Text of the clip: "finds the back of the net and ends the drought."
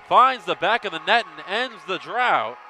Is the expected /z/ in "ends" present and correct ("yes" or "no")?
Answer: yes